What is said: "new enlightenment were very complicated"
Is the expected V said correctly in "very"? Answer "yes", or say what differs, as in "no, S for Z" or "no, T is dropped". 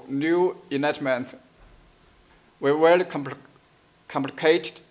no, W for V